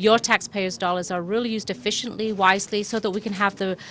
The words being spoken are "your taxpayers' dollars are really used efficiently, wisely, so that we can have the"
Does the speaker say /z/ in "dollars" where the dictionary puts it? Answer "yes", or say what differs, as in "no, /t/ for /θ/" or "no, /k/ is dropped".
yes